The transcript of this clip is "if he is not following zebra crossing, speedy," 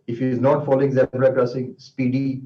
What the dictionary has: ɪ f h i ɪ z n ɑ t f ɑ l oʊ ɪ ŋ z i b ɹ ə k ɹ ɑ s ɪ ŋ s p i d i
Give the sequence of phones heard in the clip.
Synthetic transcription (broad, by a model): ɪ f h i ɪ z n ɑ t f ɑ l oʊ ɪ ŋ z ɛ ɹ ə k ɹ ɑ s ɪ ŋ s p i d i